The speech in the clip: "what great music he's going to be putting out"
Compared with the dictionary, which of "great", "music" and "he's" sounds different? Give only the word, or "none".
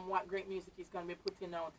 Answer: none